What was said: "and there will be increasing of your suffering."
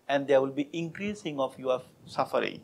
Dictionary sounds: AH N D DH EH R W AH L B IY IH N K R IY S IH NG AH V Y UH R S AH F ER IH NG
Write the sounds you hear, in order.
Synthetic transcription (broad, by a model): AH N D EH W AH L B IY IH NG K R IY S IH NG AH F Y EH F S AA F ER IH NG